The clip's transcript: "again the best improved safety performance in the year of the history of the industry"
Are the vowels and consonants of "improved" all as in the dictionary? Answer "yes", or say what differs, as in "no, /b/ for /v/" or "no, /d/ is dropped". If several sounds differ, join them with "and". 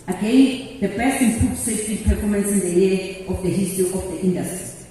no, /ɹ/ is dropped